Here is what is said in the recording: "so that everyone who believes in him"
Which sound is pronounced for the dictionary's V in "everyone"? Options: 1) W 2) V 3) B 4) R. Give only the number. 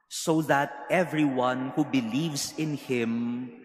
2